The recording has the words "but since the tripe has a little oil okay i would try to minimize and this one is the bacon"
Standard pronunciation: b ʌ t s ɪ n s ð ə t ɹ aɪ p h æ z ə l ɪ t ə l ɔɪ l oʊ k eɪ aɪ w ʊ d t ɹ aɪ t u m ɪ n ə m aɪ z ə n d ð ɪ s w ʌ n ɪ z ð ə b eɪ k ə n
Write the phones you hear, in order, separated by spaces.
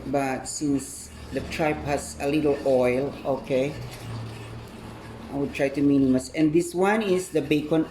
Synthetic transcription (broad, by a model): b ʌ t s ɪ n s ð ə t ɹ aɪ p h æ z ə l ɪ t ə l ɔɪ l oʊ k eɪ aɪ w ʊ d t ɹ aɪ t u m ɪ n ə m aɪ s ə n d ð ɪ s w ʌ n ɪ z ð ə b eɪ k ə n